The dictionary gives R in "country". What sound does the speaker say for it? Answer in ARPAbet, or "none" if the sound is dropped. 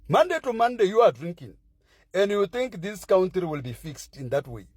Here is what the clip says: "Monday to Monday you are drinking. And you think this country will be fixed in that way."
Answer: none